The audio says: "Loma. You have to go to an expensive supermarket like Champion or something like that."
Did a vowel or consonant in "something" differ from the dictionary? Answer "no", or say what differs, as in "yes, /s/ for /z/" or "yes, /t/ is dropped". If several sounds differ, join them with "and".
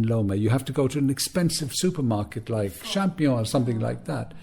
no